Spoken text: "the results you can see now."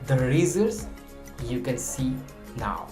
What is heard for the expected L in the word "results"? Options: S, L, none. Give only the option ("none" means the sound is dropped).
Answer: none